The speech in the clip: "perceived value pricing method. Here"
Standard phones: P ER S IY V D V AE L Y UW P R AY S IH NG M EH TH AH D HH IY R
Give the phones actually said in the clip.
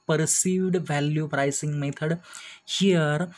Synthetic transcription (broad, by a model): P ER S IY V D V AE L Y UW P R AY S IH NG M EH T AH D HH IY R